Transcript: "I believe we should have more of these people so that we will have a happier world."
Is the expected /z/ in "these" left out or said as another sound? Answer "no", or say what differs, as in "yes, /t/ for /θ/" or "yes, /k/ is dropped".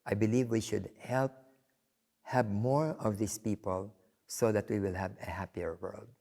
yes, /s/ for /z/